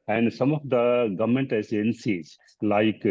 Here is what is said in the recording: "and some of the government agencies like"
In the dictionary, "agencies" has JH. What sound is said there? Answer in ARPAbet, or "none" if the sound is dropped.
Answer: Z